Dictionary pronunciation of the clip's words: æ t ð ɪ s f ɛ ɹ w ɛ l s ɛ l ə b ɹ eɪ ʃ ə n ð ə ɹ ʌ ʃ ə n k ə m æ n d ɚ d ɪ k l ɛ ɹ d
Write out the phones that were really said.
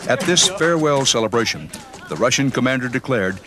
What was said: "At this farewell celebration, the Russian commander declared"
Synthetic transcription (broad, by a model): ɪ t ð ɪ s f ɛ ɹ w ɛ l s ɛ l ə b ɹ eɪ ʃ ə n ð ə ɹ ʌ ʃ ə n k ə m æ n d ɚ d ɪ k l ɛ ɹ d